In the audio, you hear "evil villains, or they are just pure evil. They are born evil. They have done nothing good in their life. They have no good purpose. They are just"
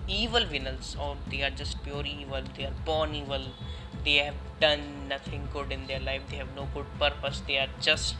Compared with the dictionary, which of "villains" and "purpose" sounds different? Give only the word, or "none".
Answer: villains